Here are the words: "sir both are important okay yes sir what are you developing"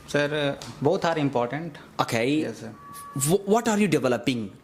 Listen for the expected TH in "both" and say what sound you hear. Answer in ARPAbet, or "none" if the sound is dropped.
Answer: T